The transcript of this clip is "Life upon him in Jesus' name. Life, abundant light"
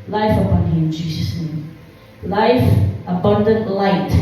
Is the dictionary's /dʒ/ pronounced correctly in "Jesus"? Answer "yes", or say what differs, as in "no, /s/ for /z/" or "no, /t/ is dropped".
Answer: yes